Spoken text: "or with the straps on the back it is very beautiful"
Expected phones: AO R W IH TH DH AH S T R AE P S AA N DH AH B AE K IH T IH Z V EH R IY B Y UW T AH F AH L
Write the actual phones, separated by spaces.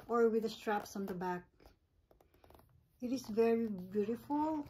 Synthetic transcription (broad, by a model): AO R W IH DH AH S T R AE P S AA N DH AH B AE K IH T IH S V EH R IY B Y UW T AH F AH L